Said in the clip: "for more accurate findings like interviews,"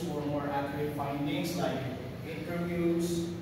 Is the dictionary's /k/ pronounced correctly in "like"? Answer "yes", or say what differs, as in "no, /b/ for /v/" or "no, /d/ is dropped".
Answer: no, /k/ is dropped